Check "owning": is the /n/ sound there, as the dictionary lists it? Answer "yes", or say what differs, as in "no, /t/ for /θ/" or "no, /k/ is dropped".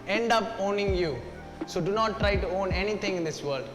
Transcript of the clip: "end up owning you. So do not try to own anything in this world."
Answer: yes